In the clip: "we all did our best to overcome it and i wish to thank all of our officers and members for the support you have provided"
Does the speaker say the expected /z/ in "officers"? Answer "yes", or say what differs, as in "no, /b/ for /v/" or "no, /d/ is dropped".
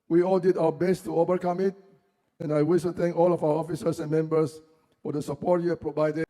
no, /s/ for /z/